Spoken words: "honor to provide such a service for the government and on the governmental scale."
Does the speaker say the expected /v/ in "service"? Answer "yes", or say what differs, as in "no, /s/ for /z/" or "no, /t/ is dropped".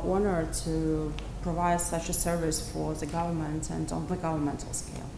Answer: yes